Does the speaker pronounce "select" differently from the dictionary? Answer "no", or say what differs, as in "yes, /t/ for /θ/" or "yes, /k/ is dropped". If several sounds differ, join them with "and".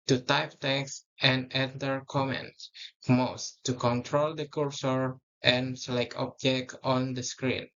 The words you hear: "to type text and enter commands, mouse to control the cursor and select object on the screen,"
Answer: yes, /t/ is dropped